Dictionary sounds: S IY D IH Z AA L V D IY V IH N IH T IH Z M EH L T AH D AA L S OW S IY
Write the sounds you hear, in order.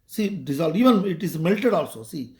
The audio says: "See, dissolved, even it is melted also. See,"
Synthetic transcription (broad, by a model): S IY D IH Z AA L D IY V IH N IH T IH Z M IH L T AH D AA L S OW S IY